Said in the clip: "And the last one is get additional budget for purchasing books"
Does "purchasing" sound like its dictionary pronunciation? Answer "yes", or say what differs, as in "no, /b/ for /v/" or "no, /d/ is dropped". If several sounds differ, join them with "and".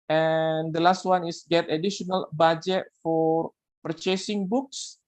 yes